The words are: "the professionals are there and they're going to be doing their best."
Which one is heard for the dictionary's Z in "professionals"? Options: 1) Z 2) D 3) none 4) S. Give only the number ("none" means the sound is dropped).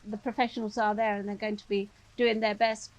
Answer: 1